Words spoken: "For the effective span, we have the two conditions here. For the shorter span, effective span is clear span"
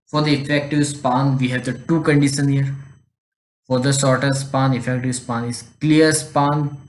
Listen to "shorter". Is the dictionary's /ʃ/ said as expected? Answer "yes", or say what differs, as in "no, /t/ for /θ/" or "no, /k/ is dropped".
no, /s/ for /ʃ/